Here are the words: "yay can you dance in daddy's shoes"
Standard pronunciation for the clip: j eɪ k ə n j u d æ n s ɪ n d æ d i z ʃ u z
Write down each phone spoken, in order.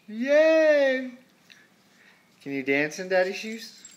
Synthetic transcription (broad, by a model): j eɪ k ə n j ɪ d æ n s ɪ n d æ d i ʃ u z